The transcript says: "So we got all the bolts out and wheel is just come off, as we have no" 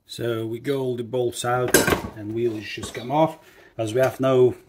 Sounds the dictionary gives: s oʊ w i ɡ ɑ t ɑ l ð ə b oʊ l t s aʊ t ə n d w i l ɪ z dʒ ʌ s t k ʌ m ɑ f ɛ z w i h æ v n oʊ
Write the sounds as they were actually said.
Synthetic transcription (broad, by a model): s oʊ w i ɡ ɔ ʊ l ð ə b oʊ l s aʊ t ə n w i l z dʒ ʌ s k ʌ m ɑ f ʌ z w i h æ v n oʊ